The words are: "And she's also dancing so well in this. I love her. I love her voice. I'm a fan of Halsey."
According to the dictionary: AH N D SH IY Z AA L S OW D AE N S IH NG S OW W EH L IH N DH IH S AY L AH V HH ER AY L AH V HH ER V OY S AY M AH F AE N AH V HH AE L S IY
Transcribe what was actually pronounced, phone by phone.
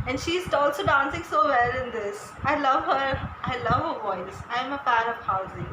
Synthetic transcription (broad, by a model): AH N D SH IY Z AA L S OW D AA N S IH NG S OW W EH L IH N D IH S AY L AH V HH ER AY L AH V HH ER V OY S AY M AH P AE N AH V HH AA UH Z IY